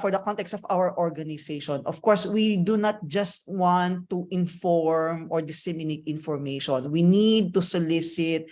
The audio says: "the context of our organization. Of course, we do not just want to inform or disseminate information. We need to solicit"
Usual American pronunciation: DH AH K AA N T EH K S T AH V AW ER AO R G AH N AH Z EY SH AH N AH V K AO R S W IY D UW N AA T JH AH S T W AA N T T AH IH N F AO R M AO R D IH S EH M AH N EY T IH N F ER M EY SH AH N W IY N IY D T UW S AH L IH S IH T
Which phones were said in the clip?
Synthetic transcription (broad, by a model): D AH K AA N T EH K S T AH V AW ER AO R G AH N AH S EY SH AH N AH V K AO R S W IY D UW N AA T JH AH S T W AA N T T IH N F AO R M AO R D IH S EH M AH N EY T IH N F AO M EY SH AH N W IY N IY D T UW S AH L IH S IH T